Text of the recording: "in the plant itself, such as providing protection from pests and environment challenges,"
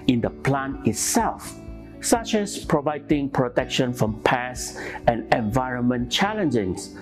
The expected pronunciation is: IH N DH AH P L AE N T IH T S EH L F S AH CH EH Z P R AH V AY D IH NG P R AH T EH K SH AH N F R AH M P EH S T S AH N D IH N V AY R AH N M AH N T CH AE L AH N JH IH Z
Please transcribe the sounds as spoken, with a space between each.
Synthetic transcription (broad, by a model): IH N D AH P L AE N IH T S EH L F S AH CH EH S P R AH V AY D IH NG P R AH T EH K SH AH N F R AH M P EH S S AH N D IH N V AY R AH N M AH N CH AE L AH N JH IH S